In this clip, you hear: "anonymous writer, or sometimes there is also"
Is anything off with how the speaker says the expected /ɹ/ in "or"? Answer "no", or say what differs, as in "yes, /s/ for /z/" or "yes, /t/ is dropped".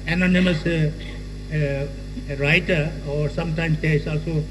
no